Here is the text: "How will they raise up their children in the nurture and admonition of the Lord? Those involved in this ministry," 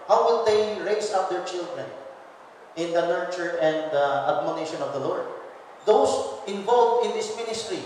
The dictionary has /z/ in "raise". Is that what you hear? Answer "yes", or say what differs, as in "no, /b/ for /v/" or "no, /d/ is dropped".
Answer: no, /s/ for /z/